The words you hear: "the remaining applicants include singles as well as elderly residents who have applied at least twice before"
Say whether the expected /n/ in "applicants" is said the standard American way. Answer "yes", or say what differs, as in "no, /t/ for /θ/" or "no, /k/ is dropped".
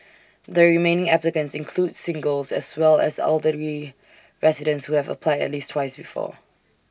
yes